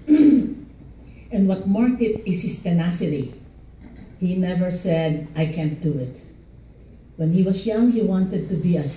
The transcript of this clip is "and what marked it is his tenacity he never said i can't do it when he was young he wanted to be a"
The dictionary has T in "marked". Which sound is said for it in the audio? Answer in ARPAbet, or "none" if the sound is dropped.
none